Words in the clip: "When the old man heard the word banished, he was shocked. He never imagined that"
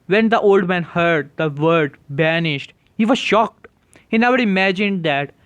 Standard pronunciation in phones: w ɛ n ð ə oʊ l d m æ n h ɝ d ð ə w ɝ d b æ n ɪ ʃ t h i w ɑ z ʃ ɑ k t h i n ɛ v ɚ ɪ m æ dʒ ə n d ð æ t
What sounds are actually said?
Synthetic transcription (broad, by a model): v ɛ n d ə oʊ l d m æ n h ɝ d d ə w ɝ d b æ n ɪ ʃ t h i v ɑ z ʃ ɑ k t h i n ɛ v ɚ ɪ m æ dʒ ə n d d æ t